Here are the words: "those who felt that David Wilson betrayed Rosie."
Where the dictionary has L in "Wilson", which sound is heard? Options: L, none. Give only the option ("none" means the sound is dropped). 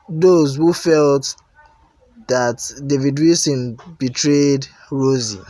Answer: none